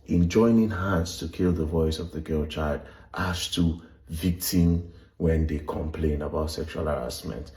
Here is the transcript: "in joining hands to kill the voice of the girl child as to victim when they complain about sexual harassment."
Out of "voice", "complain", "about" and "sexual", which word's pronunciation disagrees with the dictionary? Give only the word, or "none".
none